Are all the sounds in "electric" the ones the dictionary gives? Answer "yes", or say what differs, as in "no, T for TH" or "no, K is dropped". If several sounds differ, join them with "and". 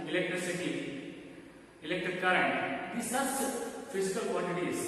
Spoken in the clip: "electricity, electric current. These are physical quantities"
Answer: no, R is dropped